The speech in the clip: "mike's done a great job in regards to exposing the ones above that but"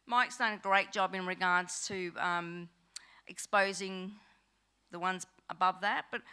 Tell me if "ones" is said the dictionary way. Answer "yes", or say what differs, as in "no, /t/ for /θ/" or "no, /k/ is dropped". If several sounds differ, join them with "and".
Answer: yes